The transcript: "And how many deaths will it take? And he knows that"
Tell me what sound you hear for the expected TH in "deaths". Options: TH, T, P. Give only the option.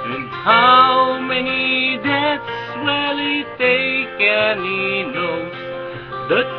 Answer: T